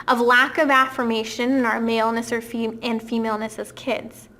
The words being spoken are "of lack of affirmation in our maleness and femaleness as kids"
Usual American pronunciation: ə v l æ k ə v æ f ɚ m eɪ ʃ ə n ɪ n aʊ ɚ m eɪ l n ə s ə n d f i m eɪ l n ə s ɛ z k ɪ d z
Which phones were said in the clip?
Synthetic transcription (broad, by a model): ə v l æ k ə v æ f ɚ m eɪ ʃ ə n ɪ n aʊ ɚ m eɪ l n ə s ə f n f i m eɪ l n ə s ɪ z k ɪ d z